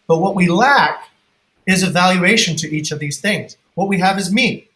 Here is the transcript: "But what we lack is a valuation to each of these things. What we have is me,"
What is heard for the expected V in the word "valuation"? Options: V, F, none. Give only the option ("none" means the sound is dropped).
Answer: V